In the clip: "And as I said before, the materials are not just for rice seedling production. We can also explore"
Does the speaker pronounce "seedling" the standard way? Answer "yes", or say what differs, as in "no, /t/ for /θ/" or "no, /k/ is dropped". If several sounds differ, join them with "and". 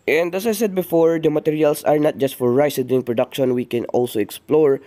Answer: no, /l/ is dropped